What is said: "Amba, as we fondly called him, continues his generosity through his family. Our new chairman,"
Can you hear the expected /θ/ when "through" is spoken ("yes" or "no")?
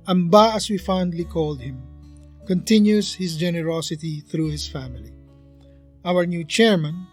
yes